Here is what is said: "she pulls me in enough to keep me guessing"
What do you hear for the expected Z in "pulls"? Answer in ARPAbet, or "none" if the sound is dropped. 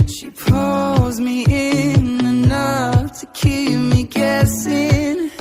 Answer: Z